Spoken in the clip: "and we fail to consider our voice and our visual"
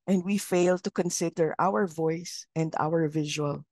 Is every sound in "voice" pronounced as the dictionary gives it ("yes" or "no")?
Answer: yes